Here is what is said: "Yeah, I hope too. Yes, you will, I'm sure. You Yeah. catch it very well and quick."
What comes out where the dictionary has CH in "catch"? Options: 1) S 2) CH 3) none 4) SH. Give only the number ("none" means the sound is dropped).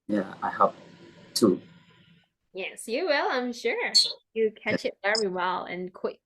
2